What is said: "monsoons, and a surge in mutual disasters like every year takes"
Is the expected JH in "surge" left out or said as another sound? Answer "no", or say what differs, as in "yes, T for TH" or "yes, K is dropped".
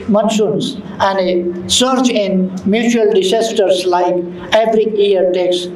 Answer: yes, CH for JH